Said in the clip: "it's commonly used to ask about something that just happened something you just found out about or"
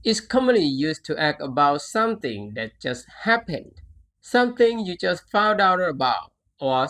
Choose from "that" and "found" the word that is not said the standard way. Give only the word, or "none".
none